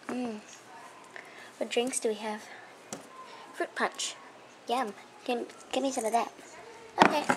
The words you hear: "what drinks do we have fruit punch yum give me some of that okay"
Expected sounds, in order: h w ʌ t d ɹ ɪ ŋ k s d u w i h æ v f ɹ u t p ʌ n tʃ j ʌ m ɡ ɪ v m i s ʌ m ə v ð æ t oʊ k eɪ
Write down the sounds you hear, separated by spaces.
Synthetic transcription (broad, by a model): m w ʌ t d ɹ ɪ ŋ k s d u w i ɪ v f ɹ u t p ʌ n tʃ j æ m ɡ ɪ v m i s ʌ m ə v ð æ t oʊ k eɪ